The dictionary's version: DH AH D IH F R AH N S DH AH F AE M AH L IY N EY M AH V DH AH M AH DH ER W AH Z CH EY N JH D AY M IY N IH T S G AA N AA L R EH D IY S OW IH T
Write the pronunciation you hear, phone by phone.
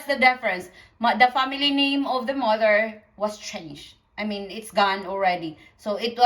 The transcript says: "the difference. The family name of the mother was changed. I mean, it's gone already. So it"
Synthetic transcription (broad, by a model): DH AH D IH F R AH N S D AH F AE M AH L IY N EY M AH V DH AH M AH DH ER W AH S CH EY N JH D AY M IY N IH T S G AA N AA L R EH D IY S OW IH T